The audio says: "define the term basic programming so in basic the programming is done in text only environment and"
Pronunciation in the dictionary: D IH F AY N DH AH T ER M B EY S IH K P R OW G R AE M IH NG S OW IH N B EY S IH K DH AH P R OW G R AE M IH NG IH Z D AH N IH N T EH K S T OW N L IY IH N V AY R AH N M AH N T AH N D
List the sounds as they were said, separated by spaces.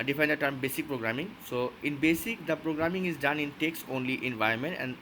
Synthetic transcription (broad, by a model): D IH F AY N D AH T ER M B EY S IH K P R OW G R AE M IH NG S OW IH N B EY S IH K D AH P R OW G R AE M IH NG IH Z D AH N IH N T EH K S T OW N L IY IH N V AY AH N M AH N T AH N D